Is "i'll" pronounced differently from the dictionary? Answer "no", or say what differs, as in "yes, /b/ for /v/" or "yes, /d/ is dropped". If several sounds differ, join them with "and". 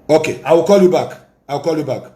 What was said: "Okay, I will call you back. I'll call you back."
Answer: yes, /w/ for /l/